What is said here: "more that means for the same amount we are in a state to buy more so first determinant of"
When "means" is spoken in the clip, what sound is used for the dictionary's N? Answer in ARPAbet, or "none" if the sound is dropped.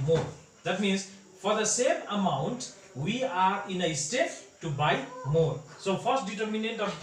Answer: N